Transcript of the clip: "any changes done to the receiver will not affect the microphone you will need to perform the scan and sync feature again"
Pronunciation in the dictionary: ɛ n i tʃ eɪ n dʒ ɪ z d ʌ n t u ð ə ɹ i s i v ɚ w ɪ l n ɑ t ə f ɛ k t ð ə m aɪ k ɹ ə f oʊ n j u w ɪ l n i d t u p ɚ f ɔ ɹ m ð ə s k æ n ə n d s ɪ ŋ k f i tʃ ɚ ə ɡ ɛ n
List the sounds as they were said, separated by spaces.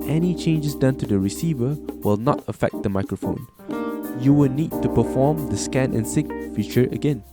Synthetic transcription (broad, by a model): ɛ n i tʃ eɪ n dʒ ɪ s d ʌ n t u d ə ɹ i s i v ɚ w ɪ l n ɑ t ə f ɛ k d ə m aɪ k ɹ ə f oʊ n j u w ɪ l n i d t u p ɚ f ɔ m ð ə s k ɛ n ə n s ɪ k f i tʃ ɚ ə ɡ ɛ n